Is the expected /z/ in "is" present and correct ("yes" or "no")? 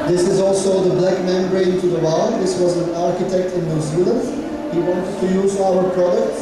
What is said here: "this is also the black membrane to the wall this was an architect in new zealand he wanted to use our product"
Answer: yes